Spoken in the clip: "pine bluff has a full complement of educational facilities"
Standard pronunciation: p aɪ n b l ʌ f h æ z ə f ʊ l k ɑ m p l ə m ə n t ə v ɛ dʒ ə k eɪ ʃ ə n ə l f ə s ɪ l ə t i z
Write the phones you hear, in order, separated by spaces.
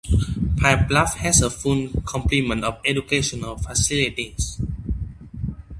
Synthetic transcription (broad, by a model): p aɪ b l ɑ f h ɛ s ə f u n k ɑ m p l ə m ə n t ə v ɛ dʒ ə k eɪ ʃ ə n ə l f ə s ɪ l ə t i s